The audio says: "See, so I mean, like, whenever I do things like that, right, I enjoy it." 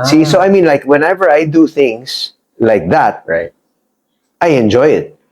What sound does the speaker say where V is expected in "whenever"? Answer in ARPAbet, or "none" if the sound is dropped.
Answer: V